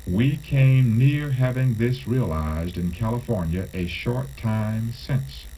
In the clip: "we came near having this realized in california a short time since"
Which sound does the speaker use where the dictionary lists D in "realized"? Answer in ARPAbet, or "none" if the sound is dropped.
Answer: D